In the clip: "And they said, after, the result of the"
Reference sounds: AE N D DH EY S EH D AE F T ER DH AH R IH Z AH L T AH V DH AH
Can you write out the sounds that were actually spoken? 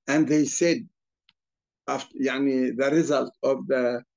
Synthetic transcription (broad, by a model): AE N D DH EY S EH D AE F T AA DH AH R IH Z AH L T AH V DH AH